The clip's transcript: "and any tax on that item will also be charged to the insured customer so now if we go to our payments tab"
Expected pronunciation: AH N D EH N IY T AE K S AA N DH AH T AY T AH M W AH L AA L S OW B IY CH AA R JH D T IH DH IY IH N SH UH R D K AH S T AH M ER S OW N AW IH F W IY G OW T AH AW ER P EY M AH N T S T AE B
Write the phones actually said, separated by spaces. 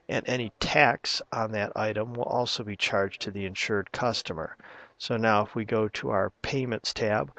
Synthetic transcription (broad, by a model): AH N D EH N IY T AE K S N DH AH T AY T AH M W AH L AA L S OW B IY CH AA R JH T IH DH IY IH N SH UH R D K AH S T AH M ER S OW N AW IH F W IY G OW T AH AW ER P EY M AH N T S T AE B